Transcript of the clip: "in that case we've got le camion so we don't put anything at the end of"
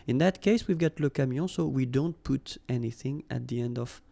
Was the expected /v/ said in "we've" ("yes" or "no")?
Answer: yes